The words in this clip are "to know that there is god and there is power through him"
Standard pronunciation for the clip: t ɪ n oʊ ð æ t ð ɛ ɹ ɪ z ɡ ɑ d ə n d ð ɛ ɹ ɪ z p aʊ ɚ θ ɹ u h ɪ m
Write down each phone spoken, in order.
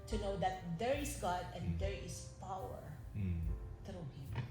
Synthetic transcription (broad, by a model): t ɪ n oʊ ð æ t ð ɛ ɹ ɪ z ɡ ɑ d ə n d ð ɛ ɹ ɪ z p aʊ ɚ t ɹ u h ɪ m